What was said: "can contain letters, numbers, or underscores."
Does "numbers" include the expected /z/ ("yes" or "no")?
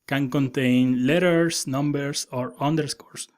no